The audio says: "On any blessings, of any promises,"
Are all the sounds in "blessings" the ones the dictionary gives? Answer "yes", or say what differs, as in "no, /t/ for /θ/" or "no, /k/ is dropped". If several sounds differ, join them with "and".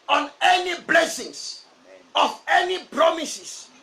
no, /s/ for /z/